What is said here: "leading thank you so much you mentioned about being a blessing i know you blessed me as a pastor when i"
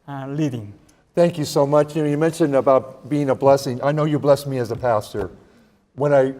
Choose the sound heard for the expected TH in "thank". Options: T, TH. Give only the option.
TH